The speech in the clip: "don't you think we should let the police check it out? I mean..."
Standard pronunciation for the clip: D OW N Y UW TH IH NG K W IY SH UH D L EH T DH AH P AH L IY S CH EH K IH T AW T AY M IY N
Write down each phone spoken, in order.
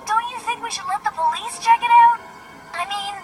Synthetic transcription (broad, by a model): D OW N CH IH TH IH NG K W IY SH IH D L EH T DH AH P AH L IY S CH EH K IH T AW T AY M IY N